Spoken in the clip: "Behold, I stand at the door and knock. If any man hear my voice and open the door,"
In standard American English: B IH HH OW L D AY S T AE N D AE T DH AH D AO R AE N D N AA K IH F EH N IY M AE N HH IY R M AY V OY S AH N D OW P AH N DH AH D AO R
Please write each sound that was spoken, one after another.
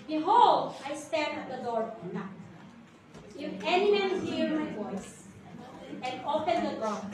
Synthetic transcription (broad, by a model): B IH HH OW L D AY S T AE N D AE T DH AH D AO R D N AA IH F EH N IY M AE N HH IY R M AY V OY S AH N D OW P AH N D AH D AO